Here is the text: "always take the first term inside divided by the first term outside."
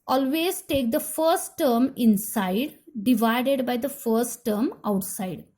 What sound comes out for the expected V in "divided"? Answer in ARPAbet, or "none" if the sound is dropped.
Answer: V